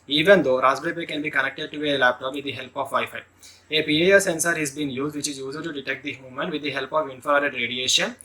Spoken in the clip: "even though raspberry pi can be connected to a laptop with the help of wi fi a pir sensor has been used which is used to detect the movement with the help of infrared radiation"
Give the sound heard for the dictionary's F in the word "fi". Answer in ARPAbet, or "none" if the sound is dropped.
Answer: P